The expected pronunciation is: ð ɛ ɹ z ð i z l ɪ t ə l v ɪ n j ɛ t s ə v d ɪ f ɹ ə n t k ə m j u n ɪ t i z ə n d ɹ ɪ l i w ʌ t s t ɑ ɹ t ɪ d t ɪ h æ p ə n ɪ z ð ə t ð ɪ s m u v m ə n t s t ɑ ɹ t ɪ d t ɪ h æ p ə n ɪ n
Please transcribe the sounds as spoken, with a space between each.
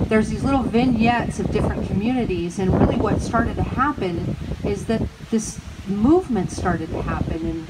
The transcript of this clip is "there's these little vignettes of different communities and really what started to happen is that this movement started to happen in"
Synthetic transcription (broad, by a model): ð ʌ ɹ z ð i z l ɪ t l v ɪ n j ɛ t s ə v d ɪ f ɹ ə n k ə m j u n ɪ t i z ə n ɹ ɪ l i w ʌ t s t ɑ ɹ t ɪ d t ɪ h æ p ə n ɪ z ð ə t ð ɪ s m u v m ə n t s t ɑ ɹ t ɪ d t ɪ h æ p ə n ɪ n